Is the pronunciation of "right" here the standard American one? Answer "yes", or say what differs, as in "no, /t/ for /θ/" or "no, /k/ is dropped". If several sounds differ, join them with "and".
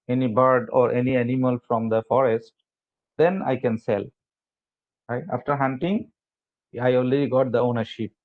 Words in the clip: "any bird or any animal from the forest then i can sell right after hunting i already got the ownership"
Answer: no, /t/ is dropped